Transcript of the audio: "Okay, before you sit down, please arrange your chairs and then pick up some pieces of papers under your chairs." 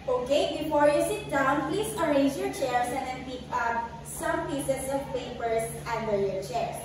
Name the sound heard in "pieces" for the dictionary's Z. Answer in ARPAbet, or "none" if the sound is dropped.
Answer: S